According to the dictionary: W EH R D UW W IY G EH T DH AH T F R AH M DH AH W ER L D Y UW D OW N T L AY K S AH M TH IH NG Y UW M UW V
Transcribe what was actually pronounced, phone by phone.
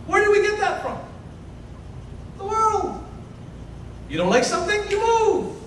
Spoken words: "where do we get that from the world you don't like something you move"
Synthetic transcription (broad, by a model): W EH R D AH W IY G EH T DH AH T F R AH M DH AH W ER L D Y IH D OW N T L AY K S AH M TH IH NG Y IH M UW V